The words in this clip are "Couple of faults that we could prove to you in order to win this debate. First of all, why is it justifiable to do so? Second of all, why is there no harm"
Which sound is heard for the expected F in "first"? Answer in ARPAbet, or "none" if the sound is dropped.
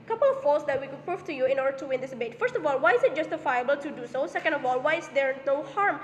F